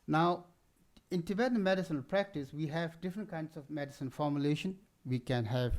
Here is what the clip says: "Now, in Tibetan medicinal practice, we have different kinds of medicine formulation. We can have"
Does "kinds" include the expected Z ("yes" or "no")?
no